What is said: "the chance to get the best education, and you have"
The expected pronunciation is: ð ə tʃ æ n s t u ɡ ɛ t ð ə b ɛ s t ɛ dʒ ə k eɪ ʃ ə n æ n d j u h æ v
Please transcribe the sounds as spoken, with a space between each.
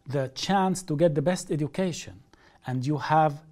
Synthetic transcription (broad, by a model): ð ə tʃ æ n s t u ɡ ɛ t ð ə b ɛ s t ɛ dʒ ə k eɪ ʃ ə n æ n d j u h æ v